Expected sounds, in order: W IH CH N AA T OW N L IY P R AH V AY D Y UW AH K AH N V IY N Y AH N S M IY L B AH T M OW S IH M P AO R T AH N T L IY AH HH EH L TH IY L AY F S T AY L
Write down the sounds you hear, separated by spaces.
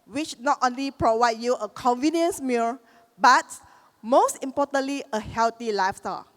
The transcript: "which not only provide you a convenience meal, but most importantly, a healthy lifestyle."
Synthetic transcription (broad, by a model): W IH CH N AA T OW N L IY P R AH V AY D Y UW AH K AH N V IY N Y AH N S M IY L B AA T M OW S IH M P AO T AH N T L IY AH HH EH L T IY L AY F S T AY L